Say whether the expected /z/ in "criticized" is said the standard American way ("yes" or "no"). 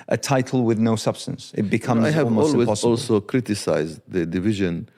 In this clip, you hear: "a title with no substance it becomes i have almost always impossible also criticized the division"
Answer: yes